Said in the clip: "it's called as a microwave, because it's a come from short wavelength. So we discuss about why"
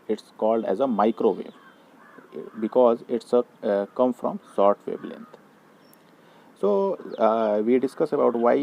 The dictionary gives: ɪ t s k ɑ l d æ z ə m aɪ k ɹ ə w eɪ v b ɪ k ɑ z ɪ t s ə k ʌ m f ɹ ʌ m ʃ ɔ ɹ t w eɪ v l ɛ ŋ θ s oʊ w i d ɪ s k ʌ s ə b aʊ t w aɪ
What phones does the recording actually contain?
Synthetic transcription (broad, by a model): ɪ t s k ɑ l d æ z ə m aɪ k ɹ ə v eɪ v b ɪ k ɑ z ɪ t s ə k ʌ m f ɹ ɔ m s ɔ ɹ t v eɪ b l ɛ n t s oʊ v i d ɪ s k ʌ s ə b aʊ t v aɪ